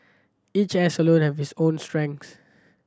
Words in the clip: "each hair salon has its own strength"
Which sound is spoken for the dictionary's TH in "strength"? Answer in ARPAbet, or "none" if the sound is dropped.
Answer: S